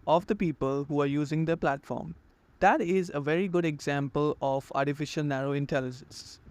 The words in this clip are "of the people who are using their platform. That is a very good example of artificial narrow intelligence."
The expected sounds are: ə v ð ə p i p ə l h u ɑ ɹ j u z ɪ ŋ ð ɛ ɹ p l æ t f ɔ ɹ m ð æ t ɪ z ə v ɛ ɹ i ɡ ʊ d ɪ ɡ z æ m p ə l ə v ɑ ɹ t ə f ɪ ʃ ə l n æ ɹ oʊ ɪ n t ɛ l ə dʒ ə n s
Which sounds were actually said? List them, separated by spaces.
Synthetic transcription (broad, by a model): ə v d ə p i p ə l h u ɑ ɹ j u z ɪ ŋ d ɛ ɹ p l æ t f ɔ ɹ m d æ t ɪ z ə v ɛ ɹ i ɡ ʊ d ɪ ɡ z æ m p ə l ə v ɑ ɹ t ə f ɪ ʃ ə l n æ ɹ oʊ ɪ n t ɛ l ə dʒ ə n s